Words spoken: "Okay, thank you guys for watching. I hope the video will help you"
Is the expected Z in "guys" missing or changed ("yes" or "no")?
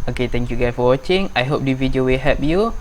yes